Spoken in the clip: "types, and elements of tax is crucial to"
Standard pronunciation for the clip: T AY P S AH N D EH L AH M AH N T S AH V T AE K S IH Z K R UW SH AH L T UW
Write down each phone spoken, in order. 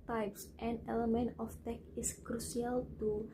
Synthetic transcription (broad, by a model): T AY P S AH N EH L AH M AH N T AH F T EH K IH S K R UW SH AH L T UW